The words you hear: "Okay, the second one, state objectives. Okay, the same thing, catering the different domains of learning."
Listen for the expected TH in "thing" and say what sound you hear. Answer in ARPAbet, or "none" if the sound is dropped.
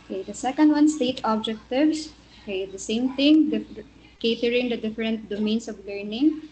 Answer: T